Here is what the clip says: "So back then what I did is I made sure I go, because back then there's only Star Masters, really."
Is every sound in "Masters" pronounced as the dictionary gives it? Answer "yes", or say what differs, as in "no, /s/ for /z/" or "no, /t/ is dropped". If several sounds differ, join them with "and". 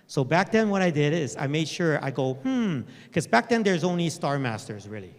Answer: yes